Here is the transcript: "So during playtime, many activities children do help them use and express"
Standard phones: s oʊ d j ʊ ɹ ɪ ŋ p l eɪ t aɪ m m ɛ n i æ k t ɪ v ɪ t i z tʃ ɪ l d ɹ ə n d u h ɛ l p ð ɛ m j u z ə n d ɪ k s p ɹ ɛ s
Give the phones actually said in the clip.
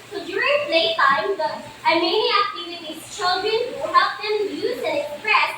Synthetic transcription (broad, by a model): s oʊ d j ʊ ɹ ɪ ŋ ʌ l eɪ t aɪ m m ɛ n i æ k t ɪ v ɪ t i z tʃ ɪ l d ɹ ə n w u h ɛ p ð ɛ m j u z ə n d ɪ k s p ɹ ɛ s